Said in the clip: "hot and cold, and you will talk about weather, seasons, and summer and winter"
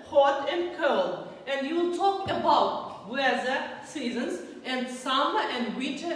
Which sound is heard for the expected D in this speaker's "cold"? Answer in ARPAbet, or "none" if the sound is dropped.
none